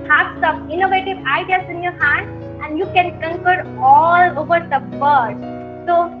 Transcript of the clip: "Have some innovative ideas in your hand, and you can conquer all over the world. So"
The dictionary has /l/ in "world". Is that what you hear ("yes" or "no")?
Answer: no